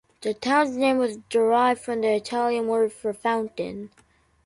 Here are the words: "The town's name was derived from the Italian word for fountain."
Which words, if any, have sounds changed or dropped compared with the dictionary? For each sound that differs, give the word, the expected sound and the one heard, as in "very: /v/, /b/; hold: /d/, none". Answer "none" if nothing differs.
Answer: none